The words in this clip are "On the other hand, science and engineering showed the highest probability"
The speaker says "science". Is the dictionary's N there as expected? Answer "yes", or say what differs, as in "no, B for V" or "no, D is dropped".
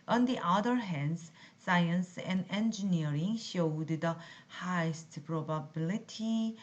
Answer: yes